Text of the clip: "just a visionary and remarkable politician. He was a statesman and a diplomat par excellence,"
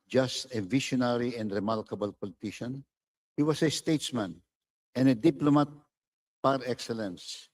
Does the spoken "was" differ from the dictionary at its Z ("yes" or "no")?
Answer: yes